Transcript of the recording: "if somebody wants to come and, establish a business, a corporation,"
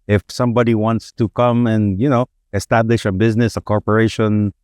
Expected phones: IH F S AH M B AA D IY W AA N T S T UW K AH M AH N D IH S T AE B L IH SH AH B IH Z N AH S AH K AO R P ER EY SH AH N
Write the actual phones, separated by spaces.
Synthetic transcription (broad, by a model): IH F S AH M B AA D IY W AA N T S T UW K AH M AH N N IH S T AE B L IH SH AH B IH Z N AH S AH K AO R P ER EY SH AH N